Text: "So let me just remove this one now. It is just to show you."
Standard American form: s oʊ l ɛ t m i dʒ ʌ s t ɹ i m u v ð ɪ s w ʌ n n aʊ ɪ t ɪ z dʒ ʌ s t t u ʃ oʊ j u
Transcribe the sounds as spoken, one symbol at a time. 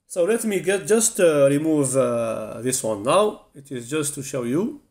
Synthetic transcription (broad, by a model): s oʊ l ɛ t m i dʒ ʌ s t ɹ i m u v ð ɪ s w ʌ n n aʊ ɪ t ɪ z dʒ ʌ s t t u ʃ oʊ j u